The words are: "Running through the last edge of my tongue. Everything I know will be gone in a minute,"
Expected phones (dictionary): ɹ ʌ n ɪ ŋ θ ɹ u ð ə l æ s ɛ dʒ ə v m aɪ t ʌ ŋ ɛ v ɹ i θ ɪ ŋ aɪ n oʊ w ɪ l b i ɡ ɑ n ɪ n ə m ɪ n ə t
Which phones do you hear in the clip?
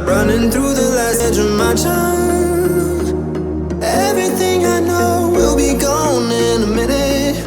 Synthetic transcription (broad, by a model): ɹ ʌ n ɪ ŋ θ ɹ u ð ə l æ s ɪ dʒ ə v m aɪ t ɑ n ɛ v ɹ i θ ɪ ŋ aɪ n oʊ w ɪ l b i ɡ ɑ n ɪ n ə m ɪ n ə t